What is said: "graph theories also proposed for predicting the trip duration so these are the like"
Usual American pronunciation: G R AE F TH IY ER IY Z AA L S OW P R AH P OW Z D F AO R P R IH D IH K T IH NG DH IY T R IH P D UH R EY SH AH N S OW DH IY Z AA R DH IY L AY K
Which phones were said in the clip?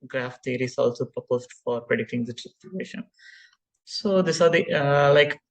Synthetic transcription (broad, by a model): G R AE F T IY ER IY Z AA L S OW P R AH P OW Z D F AO R P R IH D IH K T IH NG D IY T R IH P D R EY SH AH N S OW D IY S AA R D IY L AY K